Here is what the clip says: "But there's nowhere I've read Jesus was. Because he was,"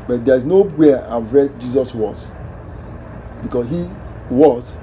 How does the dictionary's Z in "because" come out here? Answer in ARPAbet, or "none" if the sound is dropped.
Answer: S